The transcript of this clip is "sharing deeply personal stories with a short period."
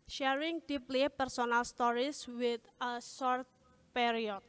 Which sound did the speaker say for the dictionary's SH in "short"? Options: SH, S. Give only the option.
S